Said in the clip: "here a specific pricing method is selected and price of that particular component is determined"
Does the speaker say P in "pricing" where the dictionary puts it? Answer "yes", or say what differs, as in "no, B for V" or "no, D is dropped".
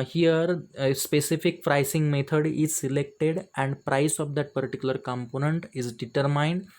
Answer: no, F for P